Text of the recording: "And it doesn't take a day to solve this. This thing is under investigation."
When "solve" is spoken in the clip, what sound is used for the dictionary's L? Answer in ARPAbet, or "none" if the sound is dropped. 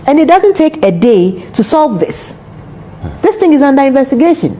L